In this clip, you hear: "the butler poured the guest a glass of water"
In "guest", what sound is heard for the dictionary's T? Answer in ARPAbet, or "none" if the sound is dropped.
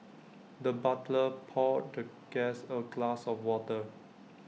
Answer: none